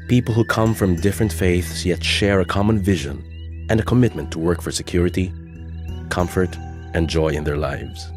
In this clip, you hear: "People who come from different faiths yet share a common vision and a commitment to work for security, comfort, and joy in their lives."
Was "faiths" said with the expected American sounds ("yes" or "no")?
yes